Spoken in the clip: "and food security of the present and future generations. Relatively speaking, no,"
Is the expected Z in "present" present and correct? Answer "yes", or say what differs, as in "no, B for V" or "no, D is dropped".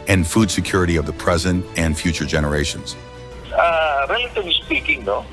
yes